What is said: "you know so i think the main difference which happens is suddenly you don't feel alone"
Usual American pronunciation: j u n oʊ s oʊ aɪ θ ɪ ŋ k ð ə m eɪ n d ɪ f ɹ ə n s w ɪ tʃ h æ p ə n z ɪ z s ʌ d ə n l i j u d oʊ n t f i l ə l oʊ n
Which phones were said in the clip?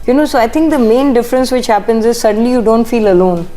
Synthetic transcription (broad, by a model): j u n oʊ s oʊ aɪ t ɪ ŋ k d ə m eɪ n d ɪ f ɹ ə n s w ɪ tʃ h æ p ə n z ɪ z s ʌ d ə n l i j u d oʊ n t f i l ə l oʊ n